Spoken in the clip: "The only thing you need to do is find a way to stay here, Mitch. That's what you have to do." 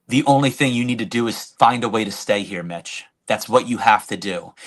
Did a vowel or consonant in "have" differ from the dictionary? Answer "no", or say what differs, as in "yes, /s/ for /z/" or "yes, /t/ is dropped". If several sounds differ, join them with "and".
yes, /f/ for /v/